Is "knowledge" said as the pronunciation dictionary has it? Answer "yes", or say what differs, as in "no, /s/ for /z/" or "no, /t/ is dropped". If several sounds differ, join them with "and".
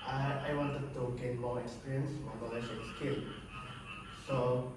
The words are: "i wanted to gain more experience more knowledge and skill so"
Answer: no, /ʃ/ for /dʒ/